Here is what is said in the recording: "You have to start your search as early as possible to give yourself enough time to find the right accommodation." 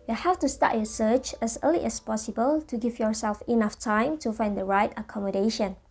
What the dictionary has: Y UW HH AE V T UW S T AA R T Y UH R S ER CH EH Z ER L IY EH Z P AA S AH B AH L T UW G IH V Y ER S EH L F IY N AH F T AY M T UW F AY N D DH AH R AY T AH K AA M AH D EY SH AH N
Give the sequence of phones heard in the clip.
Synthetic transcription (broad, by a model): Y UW HH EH F T UW S T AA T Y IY S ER CH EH S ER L IY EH S P AA S AH B AH L T UW G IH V Y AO S EH L F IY N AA F T AY M T UW F AY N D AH R AY T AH K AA M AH D EY SH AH N